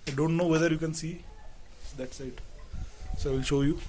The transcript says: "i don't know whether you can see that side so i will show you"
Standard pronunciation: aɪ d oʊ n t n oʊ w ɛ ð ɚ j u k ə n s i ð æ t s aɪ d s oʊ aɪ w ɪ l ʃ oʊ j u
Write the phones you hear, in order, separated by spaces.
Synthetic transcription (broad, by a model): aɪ d oʊ n t n oʊ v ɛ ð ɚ j u k ə n s i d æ t s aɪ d s oʊ aɪ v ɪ l ʃ oʊ j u